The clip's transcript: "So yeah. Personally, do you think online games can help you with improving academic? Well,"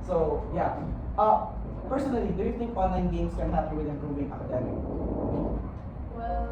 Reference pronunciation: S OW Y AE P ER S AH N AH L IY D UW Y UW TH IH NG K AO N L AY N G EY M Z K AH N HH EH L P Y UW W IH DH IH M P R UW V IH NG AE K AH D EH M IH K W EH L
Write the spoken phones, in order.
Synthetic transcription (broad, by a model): S OW Y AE P ER S AH N AH L IY D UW Y UW TH IH NG K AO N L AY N G EY M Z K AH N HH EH P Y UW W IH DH IH M P R UW V IH NG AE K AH D EH M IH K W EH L